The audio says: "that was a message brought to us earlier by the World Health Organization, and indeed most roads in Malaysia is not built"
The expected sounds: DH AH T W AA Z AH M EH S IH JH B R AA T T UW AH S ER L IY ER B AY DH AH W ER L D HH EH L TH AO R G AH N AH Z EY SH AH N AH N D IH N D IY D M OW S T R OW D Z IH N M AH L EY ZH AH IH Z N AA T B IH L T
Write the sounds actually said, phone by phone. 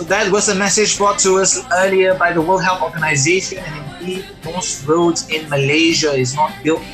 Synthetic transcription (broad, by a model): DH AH T W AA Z AH M EH S IH JH B R AA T T UW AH S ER L IY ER B AY DH AH W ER L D HH EH L TH AO G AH N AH Z EY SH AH N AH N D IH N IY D M OW S T R OW D Z IH N M AH L EY ZH AH IH Z N AA T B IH L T